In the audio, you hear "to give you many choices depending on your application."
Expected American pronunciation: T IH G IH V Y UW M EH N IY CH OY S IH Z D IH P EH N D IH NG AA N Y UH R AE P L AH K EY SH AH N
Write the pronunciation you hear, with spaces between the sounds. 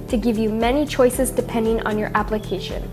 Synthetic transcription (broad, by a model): T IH G IH V Y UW M EH N IY CH OY S IH Z D IH P EH N D IH NG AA N Y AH R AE P L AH K EY SH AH N